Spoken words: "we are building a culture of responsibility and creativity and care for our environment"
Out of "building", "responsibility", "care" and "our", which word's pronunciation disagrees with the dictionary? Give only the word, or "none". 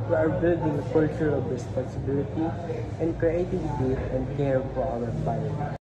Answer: our